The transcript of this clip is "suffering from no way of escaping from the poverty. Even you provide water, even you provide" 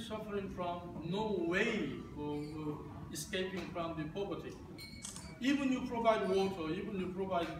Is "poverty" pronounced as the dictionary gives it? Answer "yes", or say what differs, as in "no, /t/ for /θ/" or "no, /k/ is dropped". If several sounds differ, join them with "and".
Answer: no, /p/ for /v/